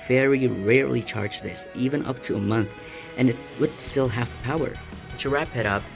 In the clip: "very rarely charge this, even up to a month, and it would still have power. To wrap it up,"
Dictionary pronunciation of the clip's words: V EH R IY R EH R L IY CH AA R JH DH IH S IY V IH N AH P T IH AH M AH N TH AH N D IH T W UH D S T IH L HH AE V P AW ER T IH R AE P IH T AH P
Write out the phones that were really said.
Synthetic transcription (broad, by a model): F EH R IY R EH R L IY CH AA R JH DH IH S IY V IH N AH P T IH AH M AH N TH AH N IH T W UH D S T IH L HH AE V P AW ER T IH R AE P IH T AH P